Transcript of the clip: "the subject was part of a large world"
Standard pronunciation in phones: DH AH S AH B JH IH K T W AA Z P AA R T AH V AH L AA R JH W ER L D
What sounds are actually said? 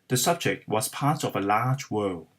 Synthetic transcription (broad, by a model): DH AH S AH B JH IH K T W AA Z P AA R T AH V AH L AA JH W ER L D